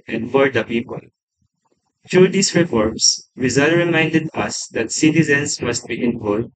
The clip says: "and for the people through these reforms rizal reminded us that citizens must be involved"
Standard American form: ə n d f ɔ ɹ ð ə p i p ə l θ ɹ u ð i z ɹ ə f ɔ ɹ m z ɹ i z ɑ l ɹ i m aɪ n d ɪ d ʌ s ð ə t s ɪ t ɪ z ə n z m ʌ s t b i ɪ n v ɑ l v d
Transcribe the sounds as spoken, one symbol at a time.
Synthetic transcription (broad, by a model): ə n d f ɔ ɹ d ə p i p ə l t ɹ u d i s ɹ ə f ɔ ɹ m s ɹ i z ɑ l ɹ i m aɪ n d ɪ d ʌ s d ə t s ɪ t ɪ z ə n s m ʌ s t b i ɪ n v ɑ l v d